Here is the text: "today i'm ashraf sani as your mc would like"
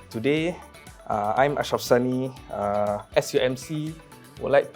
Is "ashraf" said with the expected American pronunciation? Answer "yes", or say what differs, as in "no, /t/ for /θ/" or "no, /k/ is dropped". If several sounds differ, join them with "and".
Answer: no, /ɹ/ is dropped